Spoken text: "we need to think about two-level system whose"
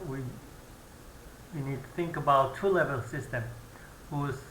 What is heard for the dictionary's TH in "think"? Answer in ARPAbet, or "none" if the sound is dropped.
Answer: TH